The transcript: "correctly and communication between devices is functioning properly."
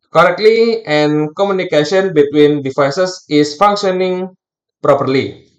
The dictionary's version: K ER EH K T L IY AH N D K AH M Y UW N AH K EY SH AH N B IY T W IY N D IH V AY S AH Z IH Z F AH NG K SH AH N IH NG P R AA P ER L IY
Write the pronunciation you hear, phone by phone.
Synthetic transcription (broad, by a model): K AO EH K T L IY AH N K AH M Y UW N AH K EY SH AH N B IY T W IY N D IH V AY S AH S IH S F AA NG K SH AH N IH NG P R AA P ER L IY